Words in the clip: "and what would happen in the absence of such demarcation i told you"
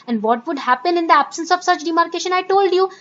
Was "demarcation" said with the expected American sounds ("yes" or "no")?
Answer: yes